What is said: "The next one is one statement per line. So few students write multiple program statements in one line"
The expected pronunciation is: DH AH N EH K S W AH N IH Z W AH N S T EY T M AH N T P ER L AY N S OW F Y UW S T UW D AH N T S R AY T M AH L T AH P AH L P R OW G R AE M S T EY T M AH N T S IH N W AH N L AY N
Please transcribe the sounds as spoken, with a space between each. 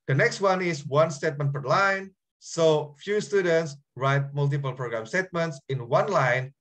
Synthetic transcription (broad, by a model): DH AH N EH K S W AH N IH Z W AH N S T EY T M AH N T F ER L AY N S OW F Y UW S T UW D AH N T S R AY T M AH L T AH P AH L P R OW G R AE M S T EY T M AH N T S IH N W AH N L AY N